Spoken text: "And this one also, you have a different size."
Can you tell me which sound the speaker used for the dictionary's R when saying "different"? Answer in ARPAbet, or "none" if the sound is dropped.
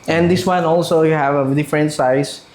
R